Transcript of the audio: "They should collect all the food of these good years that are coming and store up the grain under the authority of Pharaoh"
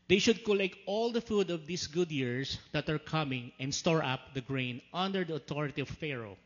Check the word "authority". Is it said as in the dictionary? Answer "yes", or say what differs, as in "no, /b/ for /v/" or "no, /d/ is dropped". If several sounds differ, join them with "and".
no, /t/ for /θ/